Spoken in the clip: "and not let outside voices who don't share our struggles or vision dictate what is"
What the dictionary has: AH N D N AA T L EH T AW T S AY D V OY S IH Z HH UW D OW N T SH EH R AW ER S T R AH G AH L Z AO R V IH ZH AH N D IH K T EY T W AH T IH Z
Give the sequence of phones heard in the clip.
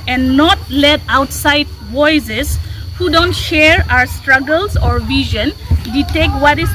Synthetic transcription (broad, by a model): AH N N AA T L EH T AW T S AY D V OY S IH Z HH UW D OW N T SH EH R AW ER S T R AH G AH L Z AO R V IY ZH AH N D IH T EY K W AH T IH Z